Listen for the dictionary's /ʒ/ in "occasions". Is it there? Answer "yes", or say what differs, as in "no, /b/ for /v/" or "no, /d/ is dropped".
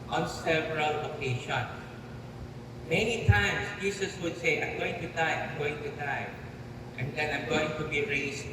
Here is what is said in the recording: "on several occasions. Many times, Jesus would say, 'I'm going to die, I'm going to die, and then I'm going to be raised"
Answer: no, /ʃ/ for /ʒ/